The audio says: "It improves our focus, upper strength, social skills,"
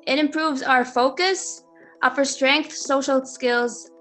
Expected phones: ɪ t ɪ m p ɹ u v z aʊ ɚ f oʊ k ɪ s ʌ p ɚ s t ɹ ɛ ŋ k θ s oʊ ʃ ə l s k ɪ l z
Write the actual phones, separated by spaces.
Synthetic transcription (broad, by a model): ɪ t ɪ m p ɹ u v z aʊ ɚ f oʊ k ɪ s ʌ p ɚ s t ɹ ɛ ŋ k θ s oʊ ʃ l s k ɪ l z